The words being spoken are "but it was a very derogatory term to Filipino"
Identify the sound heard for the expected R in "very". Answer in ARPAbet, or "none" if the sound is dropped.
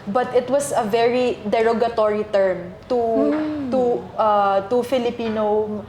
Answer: R